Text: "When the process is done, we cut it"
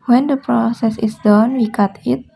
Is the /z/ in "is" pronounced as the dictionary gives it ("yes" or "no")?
no